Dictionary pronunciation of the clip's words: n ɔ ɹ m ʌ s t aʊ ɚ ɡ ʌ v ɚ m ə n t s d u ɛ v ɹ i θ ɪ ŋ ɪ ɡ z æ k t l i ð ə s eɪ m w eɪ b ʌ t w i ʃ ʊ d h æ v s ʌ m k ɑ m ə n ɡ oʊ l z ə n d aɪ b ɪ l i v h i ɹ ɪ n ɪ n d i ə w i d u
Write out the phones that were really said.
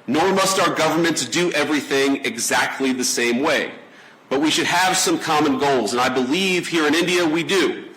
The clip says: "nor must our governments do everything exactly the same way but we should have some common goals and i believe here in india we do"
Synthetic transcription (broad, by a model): n ɔ ɹ m ʌ s t aʊ ɚ ɡ ʌ v ɚ m ə n t s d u ɛ v ɹ i θ ɪ ŋ ɪ ɡ z æ k t l i ð ə s eɪ m w eɪ b ʌ t w i ʃ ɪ d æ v s ʌ m k ɑ m ə n ɡ oʊ l z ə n aɪ b ɪ l i v h i ɹ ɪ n ɪ n d i ə w i d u